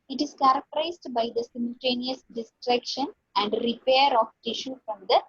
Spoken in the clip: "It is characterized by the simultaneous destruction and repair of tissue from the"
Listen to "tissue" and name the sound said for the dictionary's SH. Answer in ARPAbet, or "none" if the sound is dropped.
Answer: SH